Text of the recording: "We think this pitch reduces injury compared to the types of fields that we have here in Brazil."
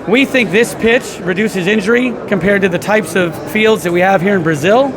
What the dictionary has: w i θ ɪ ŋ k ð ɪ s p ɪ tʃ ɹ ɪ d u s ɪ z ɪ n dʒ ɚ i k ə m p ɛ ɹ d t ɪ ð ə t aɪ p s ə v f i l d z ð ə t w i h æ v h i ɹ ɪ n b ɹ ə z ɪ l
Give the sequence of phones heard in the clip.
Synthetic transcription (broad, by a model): w i θ ɪ ŋ k ð ɪ s p ɪ tʃ ɹ ɪ d u s ɪ z ɪ n dʒ ɚ i k ə m p ɛ ɹ d t ɪ ð ə t aɪ p s ə v f i l d z ð ə t w i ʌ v h i ɹ ɪ n b ɹ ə z ɪ l